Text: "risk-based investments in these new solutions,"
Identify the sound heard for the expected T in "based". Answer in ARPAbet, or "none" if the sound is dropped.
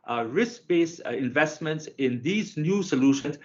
none